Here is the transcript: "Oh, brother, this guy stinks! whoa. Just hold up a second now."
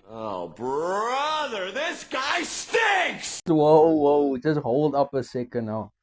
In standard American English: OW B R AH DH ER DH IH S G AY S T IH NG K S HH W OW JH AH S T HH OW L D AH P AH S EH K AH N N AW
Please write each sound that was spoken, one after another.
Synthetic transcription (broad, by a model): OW B R AH DH ER DH IH S G AY S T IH K S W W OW JH AH S T HH OW L D AH P AH S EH K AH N N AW